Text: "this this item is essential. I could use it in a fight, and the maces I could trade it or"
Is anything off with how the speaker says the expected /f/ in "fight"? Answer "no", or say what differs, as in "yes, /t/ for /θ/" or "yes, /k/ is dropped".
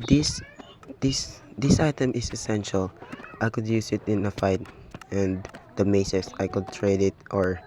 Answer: no